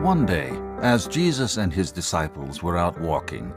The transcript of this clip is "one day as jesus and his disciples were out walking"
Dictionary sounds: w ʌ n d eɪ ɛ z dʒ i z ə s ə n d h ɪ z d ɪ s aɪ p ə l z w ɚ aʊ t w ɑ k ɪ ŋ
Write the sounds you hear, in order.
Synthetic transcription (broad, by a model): w ʌ n d eɪ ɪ z dʒ i z ə s ə n d ɪ z d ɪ s aɪ p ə l z w ɚ aʊ t w ɑ k ɪ ŋ